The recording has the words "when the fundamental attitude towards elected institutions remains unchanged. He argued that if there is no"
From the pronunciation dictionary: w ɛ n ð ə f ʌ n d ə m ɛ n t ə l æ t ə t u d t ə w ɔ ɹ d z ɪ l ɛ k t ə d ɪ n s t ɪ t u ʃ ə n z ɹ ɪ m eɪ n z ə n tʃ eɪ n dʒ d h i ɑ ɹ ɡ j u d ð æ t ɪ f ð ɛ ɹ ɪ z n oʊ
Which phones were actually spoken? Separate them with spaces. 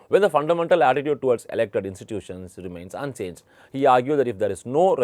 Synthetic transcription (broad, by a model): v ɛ n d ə f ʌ n d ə m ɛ n t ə l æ t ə t u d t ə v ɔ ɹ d s ɪ l ɛ k t ə d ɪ n s t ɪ t u ʃ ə n s ɹ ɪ m eɪ n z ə n s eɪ n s h i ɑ ɹ ɡ j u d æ t ɪ f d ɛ ɹ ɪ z n oʊ